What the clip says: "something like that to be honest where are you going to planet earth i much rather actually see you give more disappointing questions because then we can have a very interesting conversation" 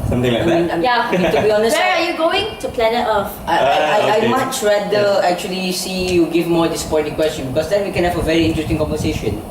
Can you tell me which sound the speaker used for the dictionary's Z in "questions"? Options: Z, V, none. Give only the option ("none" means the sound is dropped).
none